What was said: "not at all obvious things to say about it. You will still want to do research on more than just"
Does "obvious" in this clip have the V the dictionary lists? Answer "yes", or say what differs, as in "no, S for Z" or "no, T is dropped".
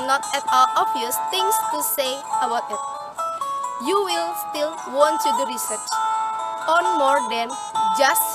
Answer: no, V is dropped